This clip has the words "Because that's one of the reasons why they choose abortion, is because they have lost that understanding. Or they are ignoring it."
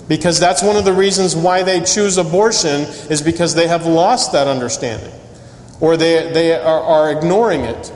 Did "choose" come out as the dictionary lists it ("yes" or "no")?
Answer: yes